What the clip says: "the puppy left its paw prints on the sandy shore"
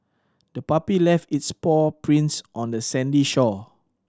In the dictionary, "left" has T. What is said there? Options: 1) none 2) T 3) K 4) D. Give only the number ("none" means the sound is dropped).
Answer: 2